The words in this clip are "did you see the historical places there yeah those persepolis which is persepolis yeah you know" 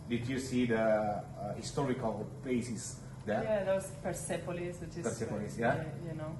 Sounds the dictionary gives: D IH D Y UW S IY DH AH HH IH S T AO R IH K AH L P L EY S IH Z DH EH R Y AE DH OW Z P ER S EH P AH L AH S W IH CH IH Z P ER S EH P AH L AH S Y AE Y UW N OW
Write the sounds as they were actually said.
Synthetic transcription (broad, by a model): D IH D Y UW S IY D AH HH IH S T AO R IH K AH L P EY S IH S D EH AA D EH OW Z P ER S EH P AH L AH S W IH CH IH S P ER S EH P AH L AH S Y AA Y UW N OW